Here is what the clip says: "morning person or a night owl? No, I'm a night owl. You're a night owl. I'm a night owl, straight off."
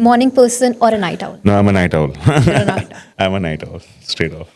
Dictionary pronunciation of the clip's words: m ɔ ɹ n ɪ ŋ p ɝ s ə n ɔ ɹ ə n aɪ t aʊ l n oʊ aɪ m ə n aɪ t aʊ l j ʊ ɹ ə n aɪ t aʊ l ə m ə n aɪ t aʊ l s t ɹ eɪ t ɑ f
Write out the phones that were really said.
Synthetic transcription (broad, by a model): m ɔ ɹ n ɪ ŋ p ɝ s ə n ɔ ɹ ə n aɪ t aʊ l n oʊ aɪ m ə n aɪ t aʊ l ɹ ə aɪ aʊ ə m ə n aɪ t aʊ l s t eɪ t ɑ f